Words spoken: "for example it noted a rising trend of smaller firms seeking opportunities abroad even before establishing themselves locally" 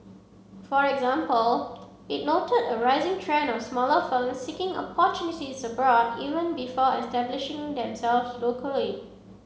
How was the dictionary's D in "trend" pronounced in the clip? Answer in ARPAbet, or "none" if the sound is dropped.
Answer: none